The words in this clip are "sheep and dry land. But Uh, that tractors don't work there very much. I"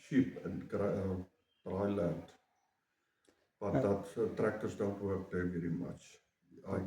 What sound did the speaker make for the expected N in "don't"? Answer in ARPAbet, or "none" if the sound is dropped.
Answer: L